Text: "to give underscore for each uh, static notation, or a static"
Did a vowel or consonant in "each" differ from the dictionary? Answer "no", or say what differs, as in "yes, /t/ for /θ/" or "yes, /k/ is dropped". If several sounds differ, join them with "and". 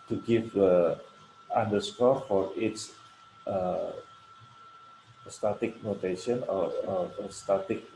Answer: yes, /s/ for /tʃ/